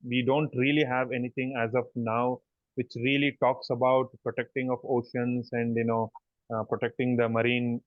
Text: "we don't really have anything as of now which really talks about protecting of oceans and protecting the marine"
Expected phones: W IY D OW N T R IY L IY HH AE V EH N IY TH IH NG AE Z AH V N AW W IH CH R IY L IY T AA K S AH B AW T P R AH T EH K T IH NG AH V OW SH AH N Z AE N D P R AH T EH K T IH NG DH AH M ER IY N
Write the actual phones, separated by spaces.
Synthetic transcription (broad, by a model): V IY D OW N T R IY L IY HH AE V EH N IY T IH NG AE Z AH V N AW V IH CH R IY L IY T AA K S AH B AW T P R AH T EH K T IH NG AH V OW SH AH N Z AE N D P R AH T EH K T IH NG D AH M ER IY N